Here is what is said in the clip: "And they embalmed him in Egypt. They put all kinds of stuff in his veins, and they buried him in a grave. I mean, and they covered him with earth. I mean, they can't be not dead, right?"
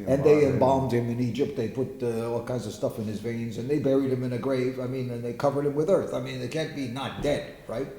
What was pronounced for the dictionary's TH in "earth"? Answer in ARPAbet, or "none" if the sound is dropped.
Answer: TH